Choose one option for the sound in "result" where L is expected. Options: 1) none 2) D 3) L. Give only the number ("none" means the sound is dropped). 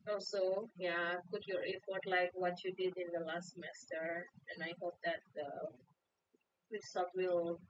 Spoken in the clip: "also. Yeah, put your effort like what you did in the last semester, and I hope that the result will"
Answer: 1